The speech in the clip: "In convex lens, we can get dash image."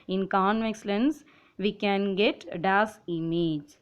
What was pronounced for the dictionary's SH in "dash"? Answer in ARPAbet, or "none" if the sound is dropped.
S